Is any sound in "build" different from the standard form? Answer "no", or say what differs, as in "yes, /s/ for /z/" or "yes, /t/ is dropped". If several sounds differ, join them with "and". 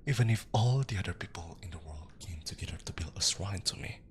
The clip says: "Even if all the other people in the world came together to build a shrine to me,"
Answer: yes, /d/ is dropped